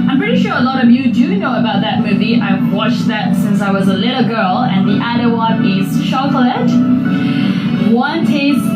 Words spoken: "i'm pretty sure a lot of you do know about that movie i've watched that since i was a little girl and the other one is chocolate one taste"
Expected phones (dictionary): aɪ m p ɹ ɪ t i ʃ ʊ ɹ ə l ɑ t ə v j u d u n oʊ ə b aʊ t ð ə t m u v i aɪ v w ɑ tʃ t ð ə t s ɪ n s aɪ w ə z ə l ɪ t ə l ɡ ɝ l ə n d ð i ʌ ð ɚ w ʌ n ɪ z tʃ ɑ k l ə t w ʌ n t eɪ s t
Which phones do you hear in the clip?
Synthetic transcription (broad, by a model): aɪ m p ɹ ɪ t i ʃ ʊ ɹ ə l ɑ t ə v j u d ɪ n oʊ ə b aʊ t ð ə t m u v i aɪ v w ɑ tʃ ð ə t s ɪ n s aɪ w ə z ə l ɪ t l ɡ ɝ l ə n ð i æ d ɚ w ʌ n ɪ z ʃ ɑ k l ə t w ʌ n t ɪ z